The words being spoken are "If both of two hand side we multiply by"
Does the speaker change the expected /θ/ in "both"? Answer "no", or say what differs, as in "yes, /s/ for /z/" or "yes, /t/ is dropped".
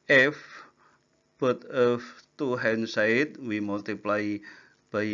yes, /t/ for /θ/